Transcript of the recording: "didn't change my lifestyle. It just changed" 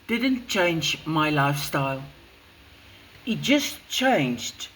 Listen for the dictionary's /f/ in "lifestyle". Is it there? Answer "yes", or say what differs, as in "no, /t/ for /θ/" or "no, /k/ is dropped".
yes